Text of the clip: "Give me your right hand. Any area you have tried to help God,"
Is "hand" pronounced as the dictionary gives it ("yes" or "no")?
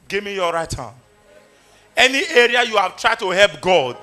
no